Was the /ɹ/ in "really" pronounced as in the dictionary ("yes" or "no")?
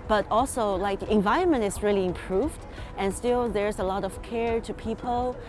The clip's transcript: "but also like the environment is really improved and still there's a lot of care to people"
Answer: yes